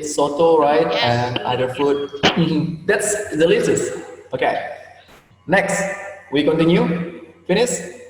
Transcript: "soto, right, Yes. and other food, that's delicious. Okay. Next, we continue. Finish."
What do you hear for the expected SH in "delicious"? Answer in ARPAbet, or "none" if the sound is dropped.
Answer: S